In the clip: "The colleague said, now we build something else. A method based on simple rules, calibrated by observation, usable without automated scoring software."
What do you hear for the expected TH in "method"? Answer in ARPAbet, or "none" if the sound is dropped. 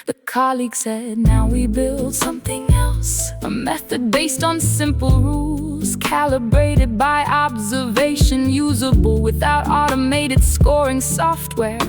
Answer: TH